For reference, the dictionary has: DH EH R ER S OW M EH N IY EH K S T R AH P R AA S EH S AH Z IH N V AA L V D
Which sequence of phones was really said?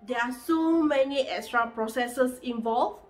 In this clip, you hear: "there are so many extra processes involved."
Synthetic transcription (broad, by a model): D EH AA S OW M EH N IY EH K S T R AH P R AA S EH S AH S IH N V AA L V